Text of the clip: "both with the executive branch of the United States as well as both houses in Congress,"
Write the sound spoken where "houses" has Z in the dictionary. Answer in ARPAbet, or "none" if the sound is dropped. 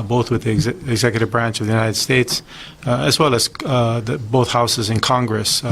Z